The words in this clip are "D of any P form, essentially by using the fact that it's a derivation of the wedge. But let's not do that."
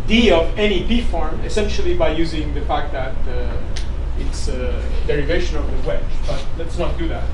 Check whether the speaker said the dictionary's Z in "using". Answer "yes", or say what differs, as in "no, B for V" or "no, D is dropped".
yes